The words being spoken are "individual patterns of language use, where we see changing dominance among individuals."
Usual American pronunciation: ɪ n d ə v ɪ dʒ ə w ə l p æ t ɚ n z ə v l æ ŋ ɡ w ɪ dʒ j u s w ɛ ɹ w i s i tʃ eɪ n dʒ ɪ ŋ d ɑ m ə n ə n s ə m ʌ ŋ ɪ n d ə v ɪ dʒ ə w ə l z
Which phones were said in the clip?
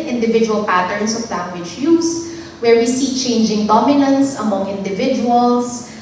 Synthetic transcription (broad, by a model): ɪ n d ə v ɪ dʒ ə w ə l p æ t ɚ n s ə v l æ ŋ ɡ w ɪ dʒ j u s w ɛ ɹ w i s i tʃ eɪ n dʒ ɪ ŋ d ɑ m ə n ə n s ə m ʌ ŋ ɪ n d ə v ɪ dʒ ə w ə l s